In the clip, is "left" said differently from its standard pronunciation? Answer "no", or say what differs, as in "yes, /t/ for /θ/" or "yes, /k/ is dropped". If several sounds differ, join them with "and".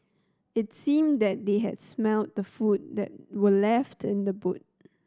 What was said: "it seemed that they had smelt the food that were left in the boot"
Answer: no